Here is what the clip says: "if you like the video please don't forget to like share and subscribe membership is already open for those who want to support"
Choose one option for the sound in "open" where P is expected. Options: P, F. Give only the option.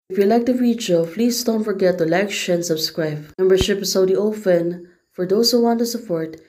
F